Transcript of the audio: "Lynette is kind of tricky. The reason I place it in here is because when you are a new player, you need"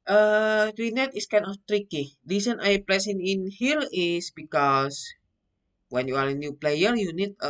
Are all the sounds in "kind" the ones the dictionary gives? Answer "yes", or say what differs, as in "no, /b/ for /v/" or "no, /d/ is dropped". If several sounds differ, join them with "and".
no, /d/ is dropped